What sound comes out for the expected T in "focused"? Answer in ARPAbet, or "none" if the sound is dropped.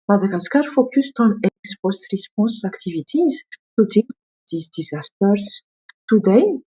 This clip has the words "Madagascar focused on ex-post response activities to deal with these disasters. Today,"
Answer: T